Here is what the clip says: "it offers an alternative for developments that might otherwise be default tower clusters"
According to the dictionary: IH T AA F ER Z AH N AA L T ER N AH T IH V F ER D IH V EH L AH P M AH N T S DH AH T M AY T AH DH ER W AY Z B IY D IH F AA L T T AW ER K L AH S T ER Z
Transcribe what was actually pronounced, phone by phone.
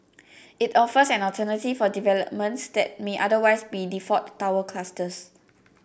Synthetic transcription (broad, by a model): IH T AA F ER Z AH N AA T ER N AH T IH F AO D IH V EH L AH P M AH N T S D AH T M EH T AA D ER W AY S B IY D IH F AA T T AW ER K L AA S T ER S